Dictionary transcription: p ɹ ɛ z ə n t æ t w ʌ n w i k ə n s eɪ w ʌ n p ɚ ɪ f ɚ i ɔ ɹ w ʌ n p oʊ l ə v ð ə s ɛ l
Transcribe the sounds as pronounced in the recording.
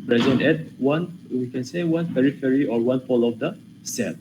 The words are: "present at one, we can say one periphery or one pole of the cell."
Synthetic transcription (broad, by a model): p ɹ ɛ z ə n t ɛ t w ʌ n w i k ə n s eɪ w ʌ n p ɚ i f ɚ i ɔ ɹ w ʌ n f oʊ l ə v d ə s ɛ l